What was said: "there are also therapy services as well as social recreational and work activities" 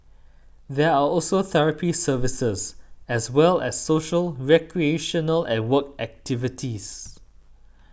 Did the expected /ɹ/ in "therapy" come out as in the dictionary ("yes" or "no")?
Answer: yes